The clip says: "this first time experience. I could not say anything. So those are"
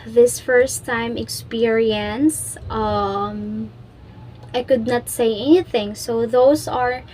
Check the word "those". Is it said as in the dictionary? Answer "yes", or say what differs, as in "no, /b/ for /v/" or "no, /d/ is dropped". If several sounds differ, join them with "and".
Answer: no, /s/ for /z/